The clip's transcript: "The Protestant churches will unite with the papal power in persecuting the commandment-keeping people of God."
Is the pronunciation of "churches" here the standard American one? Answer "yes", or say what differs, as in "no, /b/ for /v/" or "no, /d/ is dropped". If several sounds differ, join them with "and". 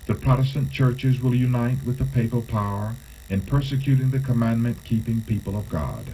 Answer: yes